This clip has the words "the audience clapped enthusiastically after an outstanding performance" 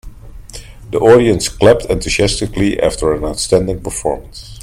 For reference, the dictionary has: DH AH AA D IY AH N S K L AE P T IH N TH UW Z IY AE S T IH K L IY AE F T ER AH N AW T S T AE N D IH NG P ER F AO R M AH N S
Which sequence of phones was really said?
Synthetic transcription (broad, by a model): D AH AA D IY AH N S K L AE P T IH N T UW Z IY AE S T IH K L IY AE F T ER AH N AW T S T AE N D IH NG P ER F AO R M AH N S